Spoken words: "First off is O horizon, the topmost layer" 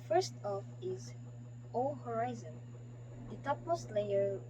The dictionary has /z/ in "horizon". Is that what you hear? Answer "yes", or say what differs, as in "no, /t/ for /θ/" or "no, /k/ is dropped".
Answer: yes